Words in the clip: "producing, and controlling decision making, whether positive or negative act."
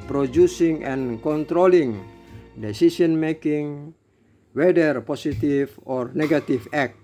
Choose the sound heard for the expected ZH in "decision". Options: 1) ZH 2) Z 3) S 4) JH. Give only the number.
3